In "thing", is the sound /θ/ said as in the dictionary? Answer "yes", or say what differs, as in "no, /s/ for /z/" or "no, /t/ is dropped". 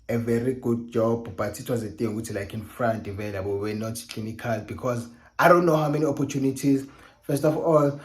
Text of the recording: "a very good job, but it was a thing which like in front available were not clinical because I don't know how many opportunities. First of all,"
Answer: no, /t/ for /θ/